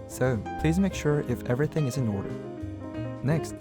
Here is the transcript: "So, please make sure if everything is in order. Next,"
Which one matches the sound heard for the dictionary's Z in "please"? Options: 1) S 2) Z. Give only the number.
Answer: 2